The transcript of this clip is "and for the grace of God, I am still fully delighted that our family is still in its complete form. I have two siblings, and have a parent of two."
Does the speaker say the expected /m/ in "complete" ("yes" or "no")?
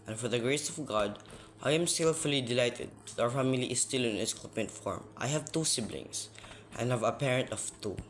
no